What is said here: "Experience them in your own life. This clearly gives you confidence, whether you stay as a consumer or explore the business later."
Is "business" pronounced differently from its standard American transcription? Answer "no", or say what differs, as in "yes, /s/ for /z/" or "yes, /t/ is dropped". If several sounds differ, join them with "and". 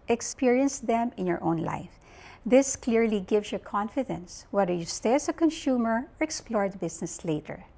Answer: yes, /s/ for /z/